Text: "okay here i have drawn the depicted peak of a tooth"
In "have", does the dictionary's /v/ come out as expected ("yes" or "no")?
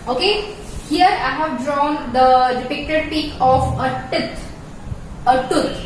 yes